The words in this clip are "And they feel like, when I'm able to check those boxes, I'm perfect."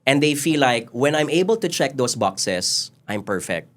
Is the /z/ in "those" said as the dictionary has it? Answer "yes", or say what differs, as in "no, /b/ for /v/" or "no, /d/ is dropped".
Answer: no, /s/ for /z/